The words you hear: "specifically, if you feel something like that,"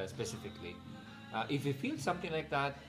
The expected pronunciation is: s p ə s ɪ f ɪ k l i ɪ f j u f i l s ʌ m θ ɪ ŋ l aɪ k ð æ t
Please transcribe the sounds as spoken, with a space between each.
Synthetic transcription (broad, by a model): s p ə s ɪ f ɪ k l i ɪ f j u f i l s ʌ m t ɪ ŋ l aɪ k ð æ t